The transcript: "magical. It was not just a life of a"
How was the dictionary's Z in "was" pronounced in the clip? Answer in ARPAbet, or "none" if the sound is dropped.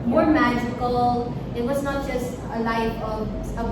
Z